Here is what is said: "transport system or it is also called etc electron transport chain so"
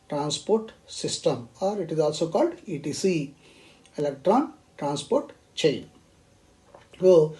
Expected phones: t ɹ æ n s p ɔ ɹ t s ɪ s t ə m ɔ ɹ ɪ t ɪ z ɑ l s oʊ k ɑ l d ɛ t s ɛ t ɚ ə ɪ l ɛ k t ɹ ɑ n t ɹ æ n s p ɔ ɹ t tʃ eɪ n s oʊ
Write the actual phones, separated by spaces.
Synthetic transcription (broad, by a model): t ɹ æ n s p ɔ ɹ t s ɪ s t ə m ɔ ɹ ɪ t ɪ z ɑ l s oʊ k ɑ l d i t i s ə ɪ l ɛ k t ɹ ɑ n t ɹ æ n s p ɔ ɹ t tʃ eɪ n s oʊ